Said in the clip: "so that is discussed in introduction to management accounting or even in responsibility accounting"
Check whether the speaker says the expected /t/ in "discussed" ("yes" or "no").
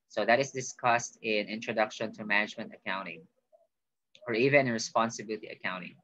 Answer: yes